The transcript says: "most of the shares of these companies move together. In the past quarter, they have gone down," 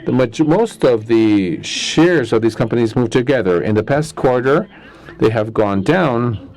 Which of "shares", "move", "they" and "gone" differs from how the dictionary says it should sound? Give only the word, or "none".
none